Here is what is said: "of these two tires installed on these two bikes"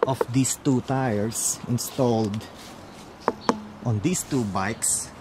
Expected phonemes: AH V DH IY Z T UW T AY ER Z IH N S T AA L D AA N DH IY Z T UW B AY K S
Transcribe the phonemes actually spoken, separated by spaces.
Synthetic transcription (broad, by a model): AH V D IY S T UW T AY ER S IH N S T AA L D AA N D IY S T UW B AY K S